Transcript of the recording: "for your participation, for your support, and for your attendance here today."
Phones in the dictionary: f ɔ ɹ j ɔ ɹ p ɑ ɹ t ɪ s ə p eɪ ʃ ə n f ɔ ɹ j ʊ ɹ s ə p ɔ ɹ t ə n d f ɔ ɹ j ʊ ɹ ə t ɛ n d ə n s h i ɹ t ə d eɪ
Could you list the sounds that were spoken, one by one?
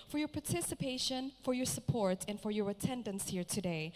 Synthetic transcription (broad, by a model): f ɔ ɹ j ɔ ɹ p ɑ ɹ t ɪ s ə p eɪ ʃ ə n f ɔ ɹ j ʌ ɹ s ə p ɔ ɹ t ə n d f ɔ ɹ j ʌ ɹ ə t ɛ n d ə n s h i ɹ t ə d eɪ